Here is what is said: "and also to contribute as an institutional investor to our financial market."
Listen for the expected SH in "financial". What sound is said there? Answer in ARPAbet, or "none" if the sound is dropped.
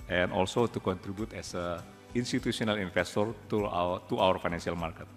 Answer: S